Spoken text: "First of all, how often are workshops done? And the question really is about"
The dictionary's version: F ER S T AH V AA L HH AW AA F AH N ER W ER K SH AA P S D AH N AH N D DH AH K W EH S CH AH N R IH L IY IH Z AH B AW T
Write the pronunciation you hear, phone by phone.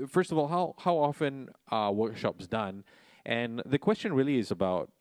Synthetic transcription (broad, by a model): F ER S T AH V AA L HH AW AA F AH N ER W ER K SH AA P S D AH N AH N DH AH K W EH S CH AH N R IH L IY IH Z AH B AW T